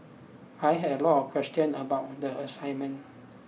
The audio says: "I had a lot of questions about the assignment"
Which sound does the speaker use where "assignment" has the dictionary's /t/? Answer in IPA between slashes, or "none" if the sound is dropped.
none